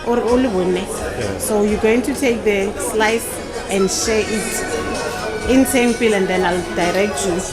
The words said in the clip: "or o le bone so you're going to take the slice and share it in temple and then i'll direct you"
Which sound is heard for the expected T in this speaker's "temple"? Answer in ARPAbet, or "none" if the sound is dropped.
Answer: S